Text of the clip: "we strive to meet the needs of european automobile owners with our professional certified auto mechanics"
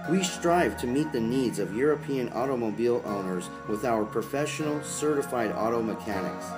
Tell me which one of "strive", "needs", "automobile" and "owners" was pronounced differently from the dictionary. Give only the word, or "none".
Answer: none